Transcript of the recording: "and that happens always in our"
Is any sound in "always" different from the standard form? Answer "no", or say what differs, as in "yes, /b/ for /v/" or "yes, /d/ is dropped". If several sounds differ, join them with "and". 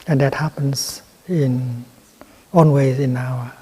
yes, /n/ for /l/